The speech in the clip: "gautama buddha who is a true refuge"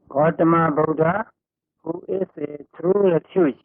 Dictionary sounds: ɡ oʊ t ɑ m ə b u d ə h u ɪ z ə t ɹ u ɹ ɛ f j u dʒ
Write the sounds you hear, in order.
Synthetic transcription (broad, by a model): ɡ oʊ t m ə b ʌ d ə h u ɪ s ə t ɹ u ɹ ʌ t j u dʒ